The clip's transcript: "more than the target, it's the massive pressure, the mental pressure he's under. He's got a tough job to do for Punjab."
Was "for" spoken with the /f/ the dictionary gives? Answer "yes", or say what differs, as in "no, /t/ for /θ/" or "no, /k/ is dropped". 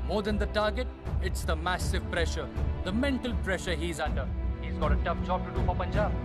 no, /p/ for /f/